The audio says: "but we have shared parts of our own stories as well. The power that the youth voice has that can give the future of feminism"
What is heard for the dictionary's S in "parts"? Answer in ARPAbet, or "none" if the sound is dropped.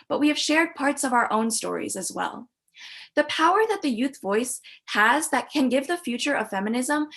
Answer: S